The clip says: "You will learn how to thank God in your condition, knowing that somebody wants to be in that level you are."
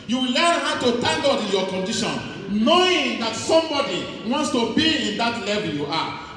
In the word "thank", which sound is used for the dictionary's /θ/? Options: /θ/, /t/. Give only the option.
/t/